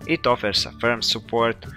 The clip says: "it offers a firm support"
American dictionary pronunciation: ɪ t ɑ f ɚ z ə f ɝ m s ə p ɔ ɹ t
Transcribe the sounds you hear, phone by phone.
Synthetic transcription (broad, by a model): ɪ t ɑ f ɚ s ə f ɝ m s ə p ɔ ɹ t